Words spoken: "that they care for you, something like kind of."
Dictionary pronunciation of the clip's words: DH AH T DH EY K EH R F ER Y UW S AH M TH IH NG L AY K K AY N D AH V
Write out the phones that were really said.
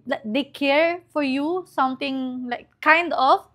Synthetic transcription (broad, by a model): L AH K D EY K EH R F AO Y UW S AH M T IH NG L AY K K AY N D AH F